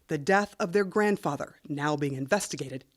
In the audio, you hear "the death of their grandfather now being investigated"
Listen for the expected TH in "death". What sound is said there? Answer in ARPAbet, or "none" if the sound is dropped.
TH